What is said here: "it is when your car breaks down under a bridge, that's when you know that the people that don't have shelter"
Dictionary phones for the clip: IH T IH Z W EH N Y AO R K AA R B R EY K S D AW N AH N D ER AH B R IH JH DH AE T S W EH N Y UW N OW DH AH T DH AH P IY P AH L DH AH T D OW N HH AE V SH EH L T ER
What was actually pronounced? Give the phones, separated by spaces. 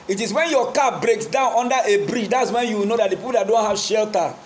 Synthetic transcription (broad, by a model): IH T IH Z W EH N Y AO K AA B R EY K S D AW N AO N D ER AH B R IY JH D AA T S W EH N Y UW N OW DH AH T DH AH P IY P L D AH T D OW N HH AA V SH EH L T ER